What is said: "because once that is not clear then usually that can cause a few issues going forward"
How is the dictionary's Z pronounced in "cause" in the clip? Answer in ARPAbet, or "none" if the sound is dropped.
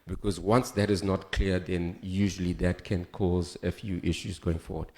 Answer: Z